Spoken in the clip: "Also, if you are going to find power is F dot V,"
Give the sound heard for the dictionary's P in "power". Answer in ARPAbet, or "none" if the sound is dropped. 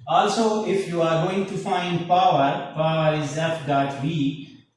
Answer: P